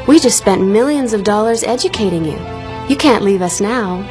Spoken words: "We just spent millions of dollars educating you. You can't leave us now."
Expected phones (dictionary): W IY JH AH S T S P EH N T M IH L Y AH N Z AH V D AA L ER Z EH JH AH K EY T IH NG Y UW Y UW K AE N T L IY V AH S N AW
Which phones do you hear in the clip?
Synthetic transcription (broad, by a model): W IY JH AH S T S P EH N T M IH L Y AH N Z AH V D AA L ER Z EH JH AH K EY T IH NG Y UW Y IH K AE N T L IY V AH S N AW